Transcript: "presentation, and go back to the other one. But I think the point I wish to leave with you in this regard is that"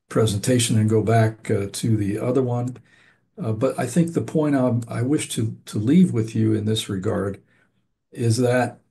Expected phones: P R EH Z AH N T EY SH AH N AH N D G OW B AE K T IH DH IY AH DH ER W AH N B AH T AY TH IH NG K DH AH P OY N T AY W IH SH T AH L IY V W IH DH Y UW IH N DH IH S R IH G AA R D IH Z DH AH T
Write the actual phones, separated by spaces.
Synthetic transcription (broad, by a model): P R EH Z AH N T EY SH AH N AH N G OW B AE K T IH DH IY AH DH ER W AH N B AH T AY TH IH NG K DH AH P OY T AY W IH SH T AH L IY V W IH DH Y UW IH N DH IH S R IH G AA R D IH Z DH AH T